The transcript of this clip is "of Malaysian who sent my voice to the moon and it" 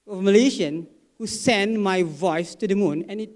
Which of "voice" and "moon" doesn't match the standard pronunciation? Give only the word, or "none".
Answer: none